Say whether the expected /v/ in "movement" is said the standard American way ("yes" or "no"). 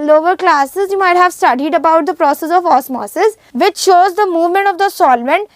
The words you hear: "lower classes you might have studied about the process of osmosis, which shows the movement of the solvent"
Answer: yes